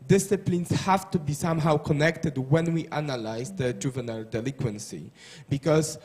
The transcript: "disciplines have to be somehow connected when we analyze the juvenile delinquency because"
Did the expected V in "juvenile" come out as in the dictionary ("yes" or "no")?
yes